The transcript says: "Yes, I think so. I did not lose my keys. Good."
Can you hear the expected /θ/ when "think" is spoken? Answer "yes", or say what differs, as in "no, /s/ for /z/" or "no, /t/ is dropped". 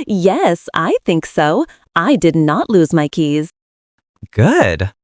yes